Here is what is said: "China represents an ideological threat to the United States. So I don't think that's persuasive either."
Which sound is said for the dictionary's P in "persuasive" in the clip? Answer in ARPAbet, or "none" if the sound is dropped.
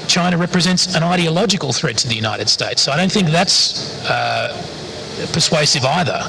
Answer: P